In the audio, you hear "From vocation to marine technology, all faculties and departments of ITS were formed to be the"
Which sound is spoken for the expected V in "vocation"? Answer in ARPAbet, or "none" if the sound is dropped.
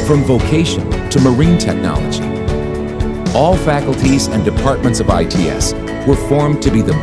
V